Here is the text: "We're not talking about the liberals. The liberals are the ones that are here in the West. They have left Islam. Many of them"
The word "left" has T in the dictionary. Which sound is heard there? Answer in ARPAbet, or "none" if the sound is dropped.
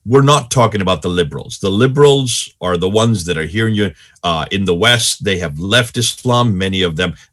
T